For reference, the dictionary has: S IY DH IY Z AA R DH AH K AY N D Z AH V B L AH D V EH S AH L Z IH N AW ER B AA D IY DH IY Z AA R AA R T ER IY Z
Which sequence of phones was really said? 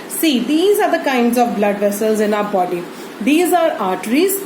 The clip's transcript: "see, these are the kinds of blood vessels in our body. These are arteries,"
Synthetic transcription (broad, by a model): S IY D IY Z AA R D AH K AY N D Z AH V B L AH D V EH S AH L Z IH N AW ER B AA D IY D IY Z AA R AA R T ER IY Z